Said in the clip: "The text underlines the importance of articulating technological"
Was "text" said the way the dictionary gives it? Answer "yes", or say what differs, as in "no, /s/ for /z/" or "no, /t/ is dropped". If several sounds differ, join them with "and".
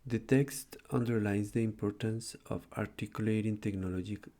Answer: yes